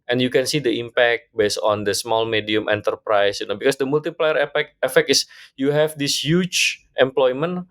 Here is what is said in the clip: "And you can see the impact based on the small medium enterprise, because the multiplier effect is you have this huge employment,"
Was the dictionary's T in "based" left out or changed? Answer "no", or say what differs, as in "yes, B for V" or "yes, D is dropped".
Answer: yes, T is dropped